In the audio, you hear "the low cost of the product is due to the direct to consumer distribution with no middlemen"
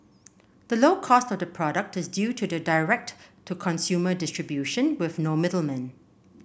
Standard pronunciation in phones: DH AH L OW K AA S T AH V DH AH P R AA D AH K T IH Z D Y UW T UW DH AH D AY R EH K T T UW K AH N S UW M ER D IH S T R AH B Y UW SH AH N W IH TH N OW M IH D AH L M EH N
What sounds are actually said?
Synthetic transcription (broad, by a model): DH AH L OW K AA S T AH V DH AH P R AA D AH K T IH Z D Y UW T UW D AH D AY R EH K T T UW K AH N S UW M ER D IH S T R AH B Y UW SH AH N W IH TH N OW M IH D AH L M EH N